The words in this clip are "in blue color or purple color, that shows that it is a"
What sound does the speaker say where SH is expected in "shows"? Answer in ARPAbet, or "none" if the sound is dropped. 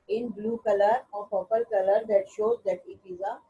SH